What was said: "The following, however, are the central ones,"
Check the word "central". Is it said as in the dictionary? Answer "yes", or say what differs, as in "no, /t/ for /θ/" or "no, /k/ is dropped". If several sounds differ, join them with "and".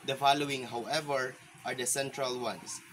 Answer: yes